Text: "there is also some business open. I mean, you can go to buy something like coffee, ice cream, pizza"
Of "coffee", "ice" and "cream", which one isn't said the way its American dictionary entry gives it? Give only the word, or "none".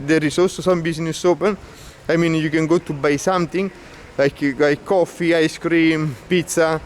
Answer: none